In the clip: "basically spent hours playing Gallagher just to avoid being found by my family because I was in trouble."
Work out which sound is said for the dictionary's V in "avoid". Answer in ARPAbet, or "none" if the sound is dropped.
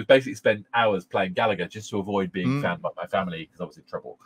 V